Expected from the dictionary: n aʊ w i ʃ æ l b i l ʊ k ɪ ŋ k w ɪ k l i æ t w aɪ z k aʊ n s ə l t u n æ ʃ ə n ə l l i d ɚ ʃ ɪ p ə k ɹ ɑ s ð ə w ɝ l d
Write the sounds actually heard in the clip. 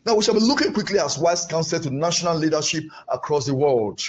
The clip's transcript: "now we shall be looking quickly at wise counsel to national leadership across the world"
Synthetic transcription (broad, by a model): n aʊ w i ʃ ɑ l b i l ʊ k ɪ ŋ k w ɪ k l i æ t w aɪ s k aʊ n s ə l t u n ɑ ʃ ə n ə l l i d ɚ ʃ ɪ p ə k ɹ ɑ s ð ə w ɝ l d